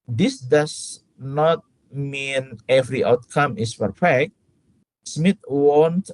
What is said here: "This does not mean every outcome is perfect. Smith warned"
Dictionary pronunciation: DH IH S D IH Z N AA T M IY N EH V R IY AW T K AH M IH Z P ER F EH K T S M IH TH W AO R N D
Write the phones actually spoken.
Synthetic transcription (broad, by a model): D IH S D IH S N AA T M IY N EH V R IY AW T K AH M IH S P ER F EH K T S M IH T W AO N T